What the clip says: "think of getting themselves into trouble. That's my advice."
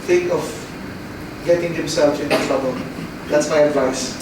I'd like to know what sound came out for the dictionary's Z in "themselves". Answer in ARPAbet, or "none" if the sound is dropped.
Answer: none